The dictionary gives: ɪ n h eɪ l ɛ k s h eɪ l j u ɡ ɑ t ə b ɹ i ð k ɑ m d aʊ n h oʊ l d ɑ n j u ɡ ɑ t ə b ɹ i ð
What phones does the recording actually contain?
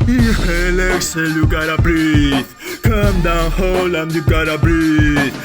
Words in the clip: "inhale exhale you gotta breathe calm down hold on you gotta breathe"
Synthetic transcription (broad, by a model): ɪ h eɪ l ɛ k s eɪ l j u ɡ ɑ t ə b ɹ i k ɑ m d aʊ n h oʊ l ɑ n j u ɡ ɑ t ə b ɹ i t